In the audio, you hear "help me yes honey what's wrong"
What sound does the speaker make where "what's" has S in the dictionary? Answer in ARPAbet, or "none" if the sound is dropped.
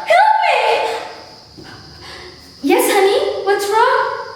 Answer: S